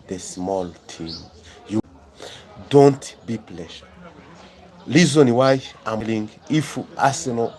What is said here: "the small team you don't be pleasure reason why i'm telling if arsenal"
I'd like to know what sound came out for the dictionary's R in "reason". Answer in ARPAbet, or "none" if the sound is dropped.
L